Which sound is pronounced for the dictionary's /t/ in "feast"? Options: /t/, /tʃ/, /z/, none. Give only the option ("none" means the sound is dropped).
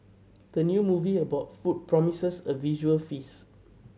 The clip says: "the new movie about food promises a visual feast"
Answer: none